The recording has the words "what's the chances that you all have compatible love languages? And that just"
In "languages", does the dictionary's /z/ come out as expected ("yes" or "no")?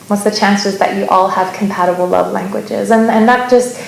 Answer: yes